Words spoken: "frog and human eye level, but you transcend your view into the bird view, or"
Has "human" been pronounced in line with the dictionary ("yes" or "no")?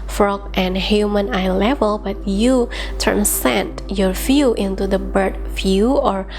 yes